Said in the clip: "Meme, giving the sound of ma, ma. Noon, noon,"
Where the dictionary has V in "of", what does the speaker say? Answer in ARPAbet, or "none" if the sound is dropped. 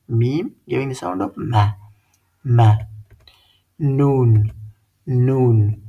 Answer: P